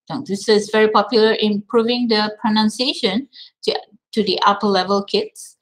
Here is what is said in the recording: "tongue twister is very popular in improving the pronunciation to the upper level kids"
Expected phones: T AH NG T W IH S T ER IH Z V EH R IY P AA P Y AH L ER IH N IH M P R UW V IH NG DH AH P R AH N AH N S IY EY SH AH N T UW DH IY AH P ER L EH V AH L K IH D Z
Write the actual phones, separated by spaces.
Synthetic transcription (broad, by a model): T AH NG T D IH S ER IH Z V EH R IY P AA P Y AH L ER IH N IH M P R UW V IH NG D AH P R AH N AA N S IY EY SH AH N T UW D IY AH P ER L EH V AH L K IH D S